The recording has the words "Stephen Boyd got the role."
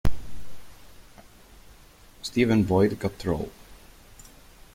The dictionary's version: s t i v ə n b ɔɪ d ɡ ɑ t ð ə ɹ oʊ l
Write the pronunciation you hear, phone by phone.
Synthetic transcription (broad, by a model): s t i v ə n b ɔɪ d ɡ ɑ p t ɹ oʊ l